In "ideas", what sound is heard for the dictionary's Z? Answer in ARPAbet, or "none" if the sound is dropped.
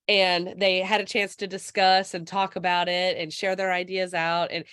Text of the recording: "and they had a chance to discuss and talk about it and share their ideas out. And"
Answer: Z